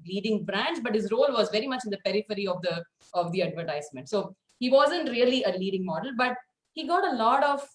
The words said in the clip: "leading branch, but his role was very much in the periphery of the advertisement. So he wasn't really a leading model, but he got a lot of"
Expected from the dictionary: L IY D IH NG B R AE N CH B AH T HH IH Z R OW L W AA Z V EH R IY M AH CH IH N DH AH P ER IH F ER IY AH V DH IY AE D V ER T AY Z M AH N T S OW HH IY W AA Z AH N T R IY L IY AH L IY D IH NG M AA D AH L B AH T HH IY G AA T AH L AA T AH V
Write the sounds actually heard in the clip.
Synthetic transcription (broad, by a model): L IY D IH NG B R AE N CH B AH T HH IH Z R OW L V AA Z V EH R IY M AH CH IH N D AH P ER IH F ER IY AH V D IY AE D V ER T AY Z M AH N T S OW HH IY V AA Z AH N T R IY L IY AH L IY D IH NG M AA D AH L B AH T HH IY G AA T AH L AA T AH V